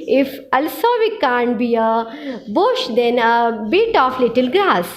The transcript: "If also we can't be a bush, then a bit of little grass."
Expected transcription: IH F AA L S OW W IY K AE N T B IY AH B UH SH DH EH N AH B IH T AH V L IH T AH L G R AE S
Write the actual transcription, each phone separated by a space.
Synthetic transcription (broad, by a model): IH F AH L S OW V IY K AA N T B IY AH B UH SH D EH N AH B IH T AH F L IH T AH L G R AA S